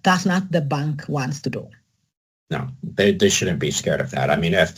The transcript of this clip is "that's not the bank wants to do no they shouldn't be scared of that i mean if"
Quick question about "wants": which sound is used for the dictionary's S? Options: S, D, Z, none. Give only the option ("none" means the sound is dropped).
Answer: S